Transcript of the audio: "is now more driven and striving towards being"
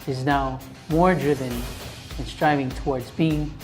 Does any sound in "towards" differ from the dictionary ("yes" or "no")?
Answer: no